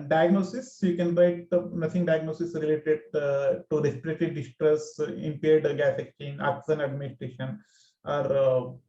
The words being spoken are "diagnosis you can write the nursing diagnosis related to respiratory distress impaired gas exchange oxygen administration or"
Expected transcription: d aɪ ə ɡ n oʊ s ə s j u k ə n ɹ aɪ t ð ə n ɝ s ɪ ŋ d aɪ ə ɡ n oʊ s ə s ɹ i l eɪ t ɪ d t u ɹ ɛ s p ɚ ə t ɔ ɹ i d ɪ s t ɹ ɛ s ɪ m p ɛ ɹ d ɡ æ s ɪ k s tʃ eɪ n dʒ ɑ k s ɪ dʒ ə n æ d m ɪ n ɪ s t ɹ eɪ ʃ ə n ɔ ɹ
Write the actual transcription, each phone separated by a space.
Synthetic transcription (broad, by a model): d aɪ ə ɡ n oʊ s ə s j u k ə n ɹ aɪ t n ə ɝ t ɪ ŋ d aɪ ə ɡ n oʊ s ə s ɹ i l eɪ t ɪ d t u ɹ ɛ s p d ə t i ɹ d ɪ s t ɹ ɛ s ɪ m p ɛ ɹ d ɡ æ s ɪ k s tʃ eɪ n ɑ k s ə n æ d m ɪ n ɪ s t ɹ eɪ ʃ ə n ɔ ɹ